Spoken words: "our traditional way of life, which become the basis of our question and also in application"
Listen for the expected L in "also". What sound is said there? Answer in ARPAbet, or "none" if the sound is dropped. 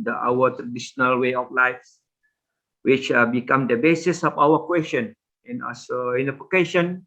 none